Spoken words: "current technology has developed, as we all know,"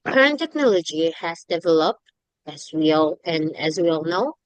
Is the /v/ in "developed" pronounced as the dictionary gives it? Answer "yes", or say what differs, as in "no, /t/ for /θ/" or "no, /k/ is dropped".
yes